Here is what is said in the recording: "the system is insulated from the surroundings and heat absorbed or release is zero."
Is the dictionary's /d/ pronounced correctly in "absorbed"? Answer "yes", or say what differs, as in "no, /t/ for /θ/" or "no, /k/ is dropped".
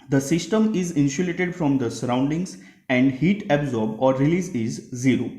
no, /d/ is dropped